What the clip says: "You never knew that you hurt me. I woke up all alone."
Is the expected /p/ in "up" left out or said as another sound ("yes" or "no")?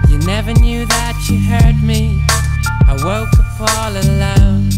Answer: yes